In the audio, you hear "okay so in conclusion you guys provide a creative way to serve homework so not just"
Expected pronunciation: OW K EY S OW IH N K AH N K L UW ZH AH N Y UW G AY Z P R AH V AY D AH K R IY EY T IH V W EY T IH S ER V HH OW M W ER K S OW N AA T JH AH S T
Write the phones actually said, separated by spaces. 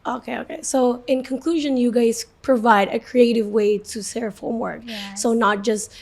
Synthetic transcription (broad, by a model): OW K EY S OW IH N K AH N K L UW ZH AH N Y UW G AY Z P R AH V AY D AH K R IY EY T IH V W EY T IH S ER F HH OW M W ER K S OW N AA T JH AH S T